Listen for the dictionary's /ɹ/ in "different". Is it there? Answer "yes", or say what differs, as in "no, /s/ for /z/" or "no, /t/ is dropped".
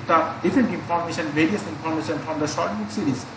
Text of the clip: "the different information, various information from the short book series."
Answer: no, /ɹ/ is dropped